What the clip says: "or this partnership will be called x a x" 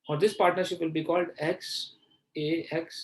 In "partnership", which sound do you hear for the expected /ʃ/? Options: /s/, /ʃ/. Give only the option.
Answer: /ʃ/